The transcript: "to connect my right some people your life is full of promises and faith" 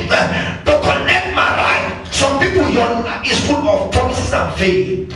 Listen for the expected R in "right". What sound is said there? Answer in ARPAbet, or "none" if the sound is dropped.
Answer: L